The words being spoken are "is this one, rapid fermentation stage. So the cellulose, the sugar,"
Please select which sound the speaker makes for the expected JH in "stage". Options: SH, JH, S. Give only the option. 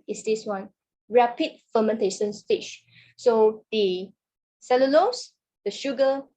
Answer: SH